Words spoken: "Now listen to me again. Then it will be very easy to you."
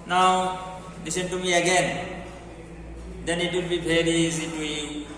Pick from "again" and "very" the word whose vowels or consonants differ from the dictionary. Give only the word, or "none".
very